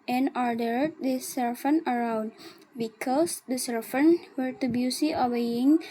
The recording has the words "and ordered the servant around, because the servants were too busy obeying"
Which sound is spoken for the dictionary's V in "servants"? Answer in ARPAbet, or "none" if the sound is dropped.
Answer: F